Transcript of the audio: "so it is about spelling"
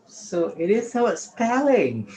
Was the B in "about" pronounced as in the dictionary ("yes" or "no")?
no